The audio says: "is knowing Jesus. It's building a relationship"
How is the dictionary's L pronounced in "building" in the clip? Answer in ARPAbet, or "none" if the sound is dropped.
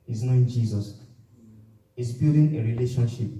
none